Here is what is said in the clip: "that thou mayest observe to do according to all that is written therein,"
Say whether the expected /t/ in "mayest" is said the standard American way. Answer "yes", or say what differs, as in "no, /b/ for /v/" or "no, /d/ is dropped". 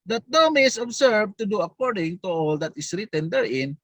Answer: no, /t/ is dropped